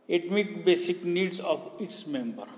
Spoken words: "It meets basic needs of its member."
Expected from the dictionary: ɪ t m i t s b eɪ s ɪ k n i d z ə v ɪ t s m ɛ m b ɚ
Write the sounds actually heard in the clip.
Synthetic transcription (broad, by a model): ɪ t m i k b eɪ s ɪ k n i d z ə p ɪ t s m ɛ m b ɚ